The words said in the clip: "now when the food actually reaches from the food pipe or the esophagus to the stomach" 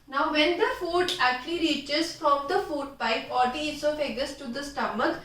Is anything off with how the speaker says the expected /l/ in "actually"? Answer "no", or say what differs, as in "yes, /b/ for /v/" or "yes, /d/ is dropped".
no